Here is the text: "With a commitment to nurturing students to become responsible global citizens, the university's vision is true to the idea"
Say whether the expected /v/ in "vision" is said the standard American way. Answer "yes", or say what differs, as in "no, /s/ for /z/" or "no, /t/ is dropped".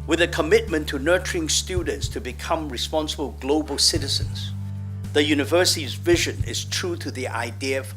yes